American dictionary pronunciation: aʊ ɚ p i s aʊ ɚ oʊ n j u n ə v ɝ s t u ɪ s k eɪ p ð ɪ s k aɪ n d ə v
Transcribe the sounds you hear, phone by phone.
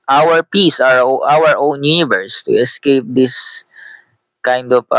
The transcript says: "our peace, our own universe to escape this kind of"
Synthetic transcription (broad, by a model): aʊ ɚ p i s aʊ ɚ oʊ n j u n ə v ɝ s t u ɪ s k eɪ p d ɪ s k aɪ n d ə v